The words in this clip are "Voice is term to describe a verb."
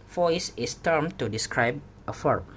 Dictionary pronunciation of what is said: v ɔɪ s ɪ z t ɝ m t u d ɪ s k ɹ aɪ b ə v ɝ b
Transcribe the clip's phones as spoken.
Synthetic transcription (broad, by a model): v ɔɪ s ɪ s t ɝ m t u d ɪ s k ɹ aɪ b ə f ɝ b